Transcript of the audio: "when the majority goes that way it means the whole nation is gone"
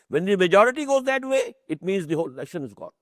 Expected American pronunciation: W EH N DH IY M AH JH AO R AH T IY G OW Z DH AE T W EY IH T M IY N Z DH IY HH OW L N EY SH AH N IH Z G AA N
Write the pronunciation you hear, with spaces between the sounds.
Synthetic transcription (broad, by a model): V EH N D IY M AH JH AO R AH T IY G OW Z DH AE T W EY IH T M IY N Z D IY HH OW L L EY SH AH N IH Z G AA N